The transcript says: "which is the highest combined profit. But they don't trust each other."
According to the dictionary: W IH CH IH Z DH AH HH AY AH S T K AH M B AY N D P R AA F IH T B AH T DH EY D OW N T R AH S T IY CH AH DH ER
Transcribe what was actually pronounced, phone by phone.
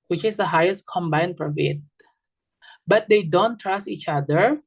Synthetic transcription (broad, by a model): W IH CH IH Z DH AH HH AY AH S T K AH M B AY N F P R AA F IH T B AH T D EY D OW N T R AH S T IY CH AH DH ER